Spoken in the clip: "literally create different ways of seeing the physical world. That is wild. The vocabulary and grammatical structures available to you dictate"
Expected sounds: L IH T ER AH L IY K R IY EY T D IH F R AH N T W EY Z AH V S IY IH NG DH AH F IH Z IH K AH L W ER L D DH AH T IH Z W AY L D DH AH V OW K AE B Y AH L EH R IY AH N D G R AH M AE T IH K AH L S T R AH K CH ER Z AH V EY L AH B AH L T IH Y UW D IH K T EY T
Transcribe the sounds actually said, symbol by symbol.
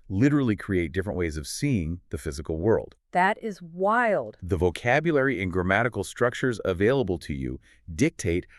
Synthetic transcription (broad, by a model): L IH T ER L IY K R IY EY T D IH F R AH N T W EY Z AH V S IY IH NG DH AH F IH Z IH K L W ER L D DH AH T IH Z W AY L D DH AH V OW K AE B Y AH L EH R IY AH N G R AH M AE T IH K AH L S T R AH K CH ER Z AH V EY L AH B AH L T IH Y UW D IH K T EY T